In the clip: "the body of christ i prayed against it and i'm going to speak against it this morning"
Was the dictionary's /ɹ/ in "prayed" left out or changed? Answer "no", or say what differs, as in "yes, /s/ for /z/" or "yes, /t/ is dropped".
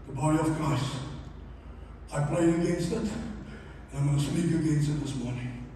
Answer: yes, /l/ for /ɹ/